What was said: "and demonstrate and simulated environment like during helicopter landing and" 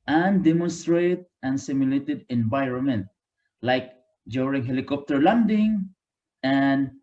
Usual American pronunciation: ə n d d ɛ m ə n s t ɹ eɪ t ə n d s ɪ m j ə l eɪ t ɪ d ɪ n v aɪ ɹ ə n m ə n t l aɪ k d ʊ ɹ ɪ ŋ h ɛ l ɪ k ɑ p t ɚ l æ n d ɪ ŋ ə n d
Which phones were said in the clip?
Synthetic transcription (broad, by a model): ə n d d ɛ m ə n s t ɹ eɪ t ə n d s ɪ m j ə l eɪ t ɪ d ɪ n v aɪ ɹ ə n m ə n t l aɪ k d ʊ ɹ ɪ ŋ h ɛ l ɪ k ɑ p t ɚ l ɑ n d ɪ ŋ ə n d